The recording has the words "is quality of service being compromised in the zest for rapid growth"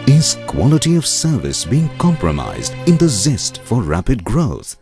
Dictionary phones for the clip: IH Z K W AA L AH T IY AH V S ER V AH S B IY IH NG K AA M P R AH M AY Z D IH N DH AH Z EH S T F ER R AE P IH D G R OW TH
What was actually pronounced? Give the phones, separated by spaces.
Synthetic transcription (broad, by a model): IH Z K W AA L AH T IY AH V S ER V AH S B IY IH NG K AA M P R AH M AY Z D IH N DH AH Z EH S T F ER R AE P IH D G R OW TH